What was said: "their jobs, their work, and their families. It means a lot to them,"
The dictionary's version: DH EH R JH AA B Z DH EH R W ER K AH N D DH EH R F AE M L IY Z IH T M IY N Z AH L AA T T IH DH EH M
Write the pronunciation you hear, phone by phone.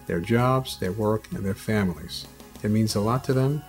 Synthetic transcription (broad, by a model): DH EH R JH AA B Z DH EH R W ER K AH N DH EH R F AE M L IY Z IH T M IY N Z AH L AA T T IH DH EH M